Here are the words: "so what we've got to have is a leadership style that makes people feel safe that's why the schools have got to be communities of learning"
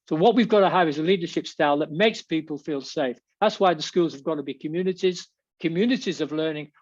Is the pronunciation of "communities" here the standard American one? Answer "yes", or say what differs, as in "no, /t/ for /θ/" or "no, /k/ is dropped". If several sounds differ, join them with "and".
yes